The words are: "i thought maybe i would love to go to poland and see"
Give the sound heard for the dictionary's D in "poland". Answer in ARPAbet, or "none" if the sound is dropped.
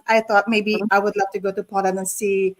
none